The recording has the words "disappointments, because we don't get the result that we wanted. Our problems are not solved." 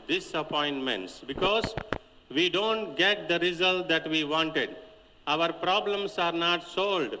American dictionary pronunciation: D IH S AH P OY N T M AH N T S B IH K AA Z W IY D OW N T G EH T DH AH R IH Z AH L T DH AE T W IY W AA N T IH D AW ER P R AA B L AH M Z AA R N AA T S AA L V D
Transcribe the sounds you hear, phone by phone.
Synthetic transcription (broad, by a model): D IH S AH P OY N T M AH N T S B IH K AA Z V IY D OW N T G EH T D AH R IH Z AH L T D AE T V IY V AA N T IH D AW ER P R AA B L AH M S AA R N AA T S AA L D